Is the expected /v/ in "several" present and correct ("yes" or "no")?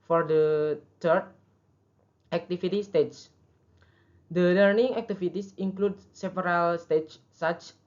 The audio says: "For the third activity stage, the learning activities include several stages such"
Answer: no